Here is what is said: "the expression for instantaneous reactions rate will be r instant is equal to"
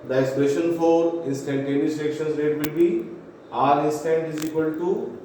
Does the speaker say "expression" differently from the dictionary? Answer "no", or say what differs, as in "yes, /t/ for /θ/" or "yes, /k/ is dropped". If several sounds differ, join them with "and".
yes, /k/ is dropped and /ɹ/ is dropped